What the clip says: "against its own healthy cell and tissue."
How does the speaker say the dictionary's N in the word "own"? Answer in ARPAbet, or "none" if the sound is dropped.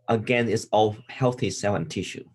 L